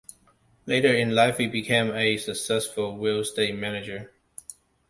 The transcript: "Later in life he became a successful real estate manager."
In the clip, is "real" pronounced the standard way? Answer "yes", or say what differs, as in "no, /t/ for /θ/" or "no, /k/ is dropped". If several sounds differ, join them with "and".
no, /w/ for /ɹ/